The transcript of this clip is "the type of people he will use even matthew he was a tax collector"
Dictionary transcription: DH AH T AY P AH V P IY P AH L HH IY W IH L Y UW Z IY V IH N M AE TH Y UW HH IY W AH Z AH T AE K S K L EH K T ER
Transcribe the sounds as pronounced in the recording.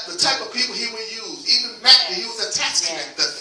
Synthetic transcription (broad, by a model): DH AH T AY P AH V P IY P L HH IY W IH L Y UW Z IY V IH N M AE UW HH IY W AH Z AH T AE S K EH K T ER